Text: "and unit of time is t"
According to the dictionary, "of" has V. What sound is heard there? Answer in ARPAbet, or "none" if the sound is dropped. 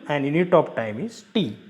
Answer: P